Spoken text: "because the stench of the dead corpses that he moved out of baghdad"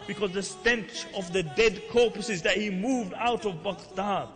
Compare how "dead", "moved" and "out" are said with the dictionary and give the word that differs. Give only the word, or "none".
none